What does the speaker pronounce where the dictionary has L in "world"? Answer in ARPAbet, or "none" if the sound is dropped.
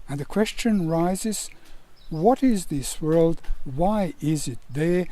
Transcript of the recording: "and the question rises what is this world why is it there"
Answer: L